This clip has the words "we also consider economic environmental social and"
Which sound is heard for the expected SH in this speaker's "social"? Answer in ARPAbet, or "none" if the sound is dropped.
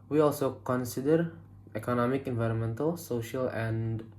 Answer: SH